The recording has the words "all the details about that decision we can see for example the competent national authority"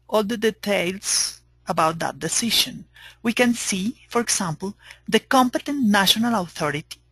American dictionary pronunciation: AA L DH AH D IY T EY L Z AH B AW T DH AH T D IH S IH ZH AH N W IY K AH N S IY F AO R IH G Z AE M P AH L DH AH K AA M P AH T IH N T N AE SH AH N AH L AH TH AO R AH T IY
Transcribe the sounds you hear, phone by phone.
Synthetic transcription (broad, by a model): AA L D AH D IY T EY L S AH B AW T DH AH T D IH S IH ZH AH N W IY K AH N S IY F AO R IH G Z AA M P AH L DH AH K AA M P AH T IH N T N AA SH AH N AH L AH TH AO R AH T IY